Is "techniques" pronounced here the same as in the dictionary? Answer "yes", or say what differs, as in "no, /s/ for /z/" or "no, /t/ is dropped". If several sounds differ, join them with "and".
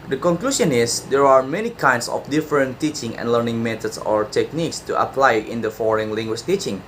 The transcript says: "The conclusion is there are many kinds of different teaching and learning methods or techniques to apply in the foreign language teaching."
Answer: yes